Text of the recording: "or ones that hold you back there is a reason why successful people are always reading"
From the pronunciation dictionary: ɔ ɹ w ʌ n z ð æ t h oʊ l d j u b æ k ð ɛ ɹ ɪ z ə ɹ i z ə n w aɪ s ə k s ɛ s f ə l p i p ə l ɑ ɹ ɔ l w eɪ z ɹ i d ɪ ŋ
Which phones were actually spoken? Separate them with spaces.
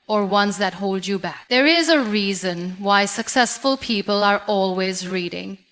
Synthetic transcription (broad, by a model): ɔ ɹ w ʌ n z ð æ t h oʊ l d j u b æ k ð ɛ ɹ ɪ z ə ɹ i z ə n w aɪ s ə k s ɛ s f ə l p i p ə l ɑ ɹ ɔ l w eɪ z ɹ i d ɪ ŋ